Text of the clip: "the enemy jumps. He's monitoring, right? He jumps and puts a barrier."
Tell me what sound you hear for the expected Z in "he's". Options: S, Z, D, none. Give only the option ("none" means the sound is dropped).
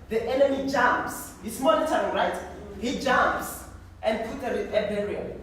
S